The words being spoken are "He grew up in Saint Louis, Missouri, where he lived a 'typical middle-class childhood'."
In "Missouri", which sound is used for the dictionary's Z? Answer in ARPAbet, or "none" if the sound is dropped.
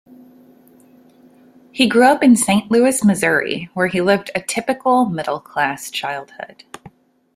Z